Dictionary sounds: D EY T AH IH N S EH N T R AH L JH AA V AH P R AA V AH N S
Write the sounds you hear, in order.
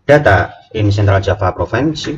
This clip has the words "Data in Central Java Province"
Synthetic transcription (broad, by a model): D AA T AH IH N S EH N T R AH L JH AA F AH P R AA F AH N S